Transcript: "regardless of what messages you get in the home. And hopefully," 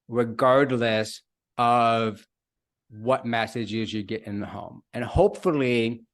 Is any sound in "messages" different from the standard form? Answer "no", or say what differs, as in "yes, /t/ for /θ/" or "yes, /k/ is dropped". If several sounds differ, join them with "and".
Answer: no